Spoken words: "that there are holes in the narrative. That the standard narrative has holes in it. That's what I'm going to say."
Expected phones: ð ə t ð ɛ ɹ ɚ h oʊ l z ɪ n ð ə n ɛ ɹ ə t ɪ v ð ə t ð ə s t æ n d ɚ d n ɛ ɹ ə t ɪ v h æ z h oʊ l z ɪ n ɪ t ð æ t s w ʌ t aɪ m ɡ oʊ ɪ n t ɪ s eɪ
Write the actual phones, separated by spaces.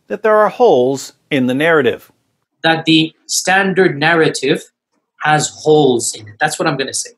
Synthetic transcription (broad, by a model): ð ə t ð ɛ ɹ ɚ h oʊ l z ɪ n ð ə n ɛ ɹ ə t ɪ v ð ə t ð ə s t æ n d ɚ d n ɛ ɹ ə t ɪ v h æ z h oʊ l z ɪ n ɪ t ð æ t s w ʌ t aɪ m ɡ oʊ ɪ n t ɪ s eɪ